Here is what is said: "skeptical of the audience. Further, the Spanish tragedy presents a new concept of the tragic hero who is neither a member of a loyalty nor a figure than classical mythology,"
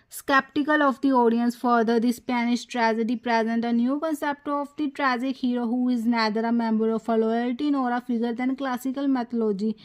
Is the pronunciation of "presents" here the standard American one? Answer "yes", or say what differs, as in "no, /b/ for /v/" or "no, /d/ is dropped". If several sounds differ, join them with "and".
no, /s/ is dropped